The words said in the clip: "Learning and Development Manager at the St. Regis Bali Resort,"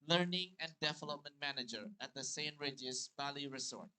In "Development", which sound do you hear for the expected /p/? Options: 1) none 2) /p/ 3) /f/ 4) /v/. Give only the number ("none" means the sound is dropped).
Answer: 2